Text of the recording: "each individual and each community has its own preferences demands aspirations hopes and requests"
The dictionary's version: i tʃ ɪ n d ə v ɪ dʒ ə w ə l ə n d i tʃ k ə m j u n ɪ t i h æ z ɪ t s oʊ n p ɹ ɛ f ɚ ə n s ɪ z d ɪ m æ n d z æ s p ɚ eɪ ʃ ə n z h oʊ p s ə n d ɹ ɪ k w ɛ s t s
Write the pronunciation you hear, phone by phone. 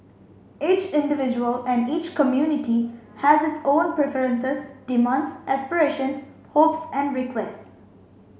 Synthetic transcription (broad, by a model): i tʃ ɪ n d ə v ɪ dʒ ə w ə l ə n d i tʃ k ə m j u n ɪ t i h æ z ɪ t s oʊ n p ɹ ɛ f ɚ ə n s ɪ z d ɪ m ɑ n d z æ s p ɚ eɪ ʃ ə n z h oʊ p s ə n d ɹ ɪ k w ɛ s t s